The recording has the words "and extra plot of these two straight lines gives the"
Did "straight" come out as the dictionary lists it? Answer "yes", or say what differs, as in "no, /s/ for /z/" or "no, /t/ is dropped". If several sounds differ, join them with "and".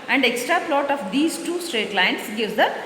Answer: yes